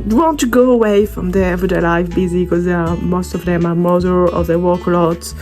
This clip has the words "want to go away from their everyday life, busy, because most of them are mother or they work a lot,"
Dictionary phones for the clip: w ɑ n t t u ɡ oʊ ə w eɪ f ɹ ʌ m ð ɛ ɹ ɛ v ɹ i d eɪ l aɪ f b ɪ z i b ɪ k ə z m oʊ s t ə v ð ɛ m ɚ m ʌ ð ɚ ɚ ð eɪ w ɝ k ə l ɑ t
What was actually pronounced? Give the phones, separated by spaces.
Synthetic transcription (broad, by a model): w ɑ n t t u ɡ oʊ ə w eɪ f ɹ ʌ m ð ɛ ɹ ɛ v ɹ i d eɪ l aɪ f b ɪ z i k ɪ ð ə m oʊ s t ə v ð ɛ m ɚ m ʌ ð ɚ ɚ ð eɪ w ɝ k ə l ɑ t